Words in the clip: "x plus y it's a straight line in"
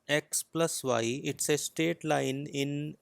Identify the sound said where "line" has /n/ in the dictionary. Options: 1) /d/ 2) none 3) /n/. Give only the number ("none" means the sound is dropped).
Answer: 3